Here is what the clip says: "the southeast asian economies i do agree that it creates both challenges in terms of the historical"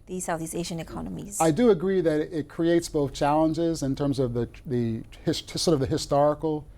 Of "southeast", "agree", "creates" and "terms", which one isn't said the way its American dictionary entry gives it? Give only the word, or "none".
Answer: southeast